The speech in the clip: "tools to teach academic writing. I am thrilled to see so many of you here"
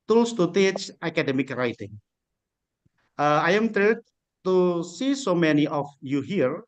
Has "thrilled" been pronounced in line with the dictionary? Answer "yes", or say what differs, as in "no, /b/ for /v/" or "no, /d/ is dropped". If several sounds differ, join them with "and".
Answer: no, /t/ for /θ/ and /l/ is dropped